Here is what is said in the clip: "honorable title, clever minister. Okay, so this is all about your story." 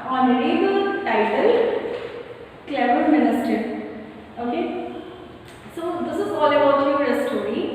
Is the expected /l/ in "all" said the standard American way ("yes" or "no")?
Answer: yes